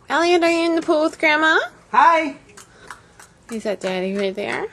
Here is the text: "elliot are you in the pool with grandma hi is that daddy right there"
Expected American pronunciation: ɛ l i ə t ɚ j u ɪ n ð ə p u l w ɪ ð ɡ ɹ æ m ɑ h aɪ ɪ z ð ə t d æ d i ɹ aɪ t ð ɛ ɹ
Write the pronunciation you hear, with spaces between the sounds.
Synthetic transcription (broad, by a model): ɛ l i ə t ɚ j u ɪ n ð ə p u l w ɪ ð ɡ ɹ æ m ɑ h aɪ ɪ z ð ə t d æ d i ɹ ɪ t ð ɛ ɹ